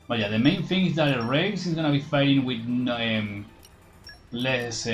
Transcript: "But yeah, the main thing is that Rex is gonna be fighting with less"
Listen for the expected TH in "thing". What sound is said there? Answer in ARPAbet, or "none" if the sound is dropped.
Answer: TH